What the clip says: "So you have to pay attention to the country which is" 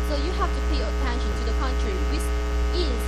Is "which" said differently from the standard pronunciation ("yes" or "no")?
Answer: yes